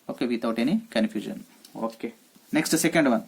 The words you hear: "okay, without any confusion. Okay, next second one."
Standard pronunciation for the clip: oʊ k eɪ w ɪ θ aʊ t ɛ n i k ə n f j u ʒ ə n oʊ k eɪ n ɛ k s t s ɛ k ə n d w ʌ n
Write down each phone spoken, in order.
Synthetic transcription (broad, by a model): oʊ k eɪ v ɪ t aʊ t ɛ n i k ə n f j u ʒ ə n oʊ k eɪ n ɛ k s t s ɛ k ə n d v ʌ n